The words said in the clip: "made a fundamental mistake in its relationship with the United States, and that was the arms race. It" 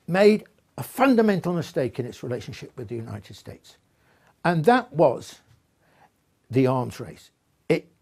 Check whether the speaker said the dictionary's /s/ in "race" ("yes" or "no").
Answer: yes